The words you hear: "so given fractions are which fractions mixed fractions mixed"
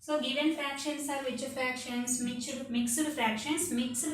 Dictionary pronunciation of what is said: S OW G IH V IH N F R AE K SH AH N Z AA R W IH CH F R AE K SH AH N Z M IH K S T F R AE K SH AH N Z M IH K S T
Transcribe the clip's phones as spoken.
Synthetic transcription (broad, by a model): S OW G IH V IH N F R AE K SH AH N S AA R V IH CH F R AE K SH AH N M M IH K S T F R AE K SH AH N S M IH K S